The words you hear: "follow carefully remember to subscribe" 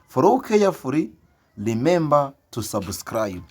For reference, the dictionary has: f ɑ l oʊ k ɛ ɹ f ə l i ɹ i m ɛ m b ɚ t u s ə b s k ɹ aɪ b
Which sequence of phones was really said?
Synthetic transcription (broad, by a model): f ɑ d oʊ k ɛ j f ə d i l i m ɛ m b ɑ t u s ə b s k ɹ aɪ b